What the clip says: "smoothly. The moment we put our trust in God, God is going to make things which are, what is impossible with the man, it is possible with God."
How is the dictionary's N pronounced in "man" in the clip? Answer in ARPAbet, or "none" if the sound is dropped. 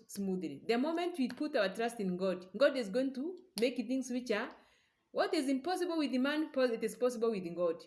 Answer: none